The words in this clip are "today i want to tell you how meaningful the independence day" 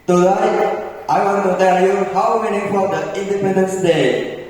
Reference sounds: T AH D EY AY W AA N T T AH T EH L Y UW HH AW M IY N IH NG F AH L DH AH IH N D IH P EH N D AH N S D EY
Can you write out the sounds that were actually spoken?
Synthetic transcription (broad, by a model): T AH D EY AY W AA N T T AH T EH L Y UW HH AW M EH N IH F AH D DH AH IH N D IH P EH N D AH N S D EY